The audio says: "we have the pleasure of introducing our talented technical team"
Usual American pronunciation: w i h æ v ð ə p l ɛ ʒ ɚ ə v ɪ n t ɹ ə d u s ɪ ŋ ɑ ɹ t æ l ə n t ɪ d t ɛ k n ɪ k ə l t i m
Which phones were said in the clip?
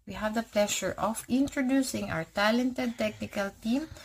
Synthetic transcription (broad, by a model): w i h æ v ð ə p l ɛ ʃ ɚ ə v ɪ n t ɹ ə d u s ɪ ŋ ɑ w t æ l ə n t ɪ d t ɛ k n ɪ k ə l t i m